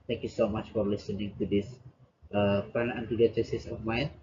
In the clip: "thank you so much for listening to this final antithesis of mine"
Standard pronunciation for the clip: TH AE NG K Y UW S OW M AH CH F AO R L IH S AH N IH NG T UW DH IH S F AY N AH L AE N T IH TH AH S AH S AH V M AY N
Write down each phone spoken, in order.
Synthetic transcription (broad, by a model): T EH NG K Y UW S OW M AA CH F AO R L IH S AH N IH NG T UW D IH S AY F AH N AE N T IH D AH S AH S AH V M AY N